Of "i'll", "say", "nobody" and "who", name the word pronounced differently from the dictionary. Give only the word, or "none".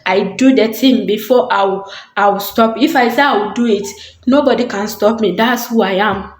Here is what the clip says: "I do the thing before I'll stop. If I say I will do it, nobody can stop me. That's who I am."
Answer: i'll